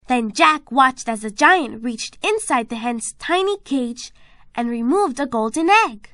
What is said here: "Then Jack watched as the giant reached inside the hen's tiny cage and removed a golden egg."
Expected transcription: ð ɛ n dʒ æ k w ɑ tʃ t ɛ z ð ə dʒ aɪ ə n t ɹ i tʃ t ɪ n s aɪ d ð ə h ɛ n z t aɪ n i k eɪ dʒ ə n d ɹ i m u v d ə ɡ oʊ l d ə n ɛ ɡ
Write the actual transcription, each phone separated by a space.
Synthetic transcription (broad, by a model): ð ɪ n dʒ æ k w ɑ tʃ t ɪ z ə dʒ aɪ ə n t ɹ i tʃ t ɪ n s aɪ d ð ə h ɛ n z t aɪ n i k eɪ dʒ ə n ɹ i m u v d ə ɡ oʊ l d n ɛ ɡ